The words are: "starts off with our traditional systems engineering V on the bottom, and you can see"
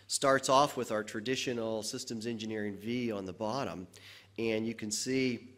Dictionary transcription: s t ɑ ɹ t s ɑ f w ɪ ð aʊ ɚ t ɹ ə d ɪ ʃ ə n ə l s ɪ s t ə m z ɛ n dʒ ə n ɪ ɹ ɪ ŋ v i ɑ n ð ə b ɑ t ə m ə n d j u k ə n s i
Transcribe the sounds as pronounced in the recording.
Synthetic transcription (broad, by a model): s t ɑ ɹ t s ɑ f w ɪ ð aʊ ɚ t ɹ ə d ɪ ʃ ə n l s ɪ s t ə m z ɛ n dʒ ə n ɪ ɹ ɪ ŋ v i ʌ n ð ə b ɑ t ə m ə n j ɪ k ə n s i